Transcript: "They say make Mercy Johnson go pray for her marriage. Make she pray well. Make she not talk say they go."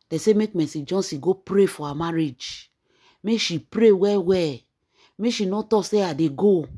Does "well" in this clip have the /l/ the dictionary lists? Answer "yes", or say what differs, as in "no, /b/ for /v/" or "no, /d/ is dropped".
no, /w/ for /l/